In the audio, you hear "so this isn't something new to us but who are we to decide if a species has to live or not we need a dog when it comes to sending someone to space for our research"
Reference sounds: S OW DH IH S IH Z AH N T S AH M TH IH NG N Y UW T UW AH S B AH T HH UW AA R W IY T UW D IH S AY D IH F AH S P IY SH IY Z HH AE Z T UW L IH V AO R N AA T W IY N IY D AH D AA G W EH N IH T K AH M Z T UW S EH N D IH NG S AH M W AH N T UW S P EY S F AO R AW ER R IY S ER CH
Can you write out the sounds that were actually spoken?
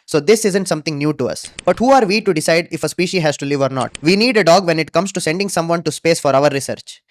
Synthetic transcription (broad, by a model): S OW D IH S IH Z AH N T S AH M T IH NG N Y UW T UW AH S B AH T HH UW AA R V IY T UW D IH S AY D IH F AH S P IY SH IY HH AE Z T UW L IH V AO R N AA T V IY N IY D AH D AA G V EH N IH T K AH M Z T UW S EH N D IH NG S AH M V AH N T UW S P EY S F AO R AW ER R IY S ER CH